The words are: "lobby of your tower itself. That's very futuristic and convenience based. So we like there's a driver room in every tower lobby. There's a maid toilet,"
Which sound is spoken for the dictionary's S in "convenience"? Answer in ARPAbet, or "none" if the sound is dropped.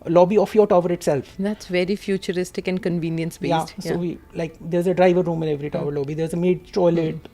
S